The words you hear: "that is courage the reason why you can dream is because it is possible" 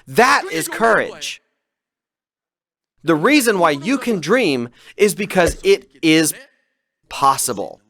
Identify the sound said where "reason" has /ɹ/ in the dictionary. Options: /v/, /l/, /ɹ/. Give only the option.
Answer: /ɹ/